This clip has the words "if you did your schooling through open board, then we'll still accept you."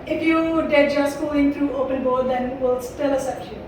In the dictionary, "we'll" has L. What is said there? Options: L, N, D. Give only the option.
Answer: L